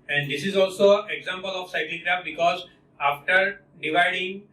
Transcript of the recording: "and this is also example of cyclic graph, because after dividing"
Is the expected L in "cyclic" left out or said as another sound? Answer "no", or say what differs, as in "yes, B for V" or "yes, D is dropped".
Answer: yes, L is dropped